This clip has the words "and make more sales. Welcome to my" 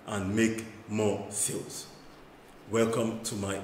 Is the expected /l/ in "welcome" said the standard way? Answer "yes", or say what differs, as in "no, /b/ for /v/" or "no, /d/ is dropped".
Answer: yes